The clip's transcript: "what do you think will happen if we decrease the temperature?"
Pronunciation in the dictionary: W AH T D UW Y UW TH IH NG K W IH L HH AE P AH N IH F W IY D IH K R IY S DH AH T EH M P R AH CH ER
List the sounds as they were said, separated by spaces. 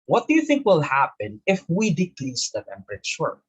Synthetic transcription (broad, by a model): W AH T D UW Y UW TH IH NG K W IH L HH AE P AH N IH F W IY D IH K L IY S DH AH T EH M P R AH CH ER